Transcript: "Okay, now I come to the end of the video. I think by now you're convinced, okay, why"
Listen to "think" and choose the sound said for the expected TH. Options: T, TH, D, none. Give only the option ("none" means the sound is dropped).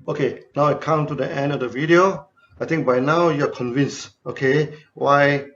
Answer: T